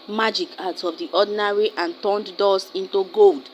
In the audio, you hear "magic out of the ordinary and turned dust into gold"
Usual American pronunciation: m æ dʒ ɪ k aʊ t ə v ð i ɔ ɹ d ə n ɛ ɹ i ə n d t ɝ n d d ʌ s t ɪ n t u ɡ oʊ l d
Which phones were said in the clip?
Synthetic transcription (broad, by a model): m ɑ dʒ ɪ k aʊ t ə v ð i ɔ d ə n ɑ ɹ i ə n t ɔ n d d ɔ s ɪ n t u ɡ oʊ l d